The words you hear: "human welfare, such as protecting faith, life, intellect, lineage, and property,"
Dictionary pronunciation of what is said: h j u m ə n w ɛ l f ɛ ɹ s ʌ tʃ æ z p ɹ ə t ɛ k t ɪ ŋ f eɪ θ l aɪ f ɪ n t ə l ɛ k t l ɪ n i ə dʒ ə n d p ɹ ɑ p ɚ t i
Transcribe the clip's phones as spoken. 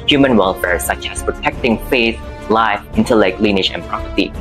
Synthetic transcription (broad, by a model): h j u m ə n w ɛ l f ɛ ɹ s ʌ tʃ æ s p ɹ ə t ɛ k t ɪ ŋ f eɪ θ l aɪ f ɪ n t ə l ɛ k t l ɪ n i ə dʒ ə n p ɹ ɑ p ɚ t i